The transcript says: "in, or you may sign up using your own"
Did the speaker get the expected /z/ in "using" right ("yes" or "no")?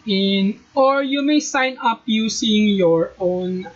no